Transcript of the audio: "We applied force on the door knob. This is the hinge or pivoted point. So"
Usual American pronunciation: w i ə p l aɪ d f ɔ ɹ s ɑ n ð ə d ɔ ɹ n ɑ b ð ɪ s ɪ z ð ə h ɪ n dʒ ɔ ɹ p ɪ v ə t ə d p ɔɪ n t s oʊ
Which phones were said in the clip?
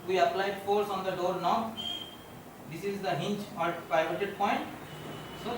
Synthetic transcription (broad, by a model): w i ə p l aɪ d f ɔ ɹ s ɑ n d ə d ɔ ɹ n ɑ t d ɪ s ɪ z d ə h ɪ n tʃ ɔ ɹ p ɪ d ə t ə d p ɔɪ n t s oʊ